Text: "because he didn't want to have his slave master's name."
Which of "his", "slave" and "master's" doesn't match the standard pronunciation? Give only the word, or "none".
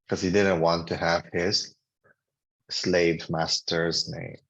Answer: none